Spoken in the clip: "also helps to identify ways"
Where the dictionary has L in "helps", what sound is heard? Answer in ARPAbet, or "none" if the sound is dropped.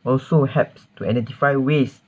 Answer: none